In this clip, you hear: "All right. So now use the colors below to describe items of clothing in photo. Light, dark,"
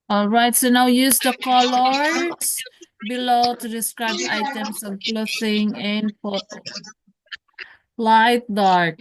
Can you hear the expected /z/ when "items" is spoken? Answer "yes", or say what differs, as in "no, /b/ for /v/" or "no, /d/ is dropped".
no, /s/ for /z/